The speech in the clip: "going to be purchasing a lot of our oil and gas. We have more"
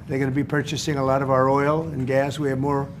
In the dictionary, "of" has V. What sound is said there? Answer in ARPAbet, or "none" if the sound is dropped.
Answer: V